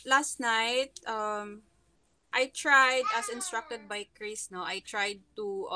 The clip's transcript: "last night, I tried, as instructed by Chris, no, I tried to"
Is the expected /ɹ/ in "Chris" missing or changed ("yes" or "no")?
no